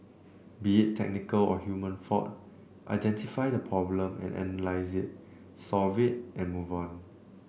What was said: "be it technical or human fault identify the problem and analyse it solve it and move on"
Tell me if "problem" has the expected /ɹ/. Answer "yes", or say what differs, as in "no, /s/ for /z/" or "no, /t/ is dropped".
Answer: yes